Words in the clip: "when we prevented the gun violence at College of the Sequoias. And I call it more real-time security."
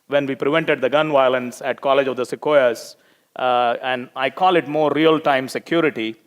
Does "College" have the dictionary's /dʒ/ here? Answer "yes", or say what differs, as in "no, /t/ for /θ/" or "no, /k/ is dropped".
yes